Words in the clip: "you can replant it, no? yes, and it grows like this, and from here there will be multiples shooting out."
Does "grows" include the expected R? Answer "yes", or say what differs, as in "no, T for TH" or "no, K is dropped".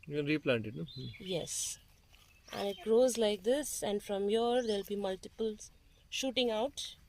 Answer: yes